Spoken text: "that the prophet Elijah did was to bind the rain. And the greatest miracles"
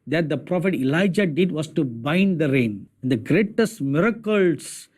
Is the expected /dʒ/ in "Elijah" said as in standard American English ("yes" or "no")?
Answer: yes